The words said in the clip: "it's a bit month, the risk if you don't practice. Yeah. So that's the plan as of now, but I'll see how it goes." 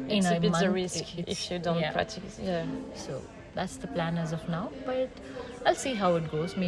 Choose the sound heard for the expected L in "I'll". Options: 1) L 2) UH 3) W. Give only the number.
1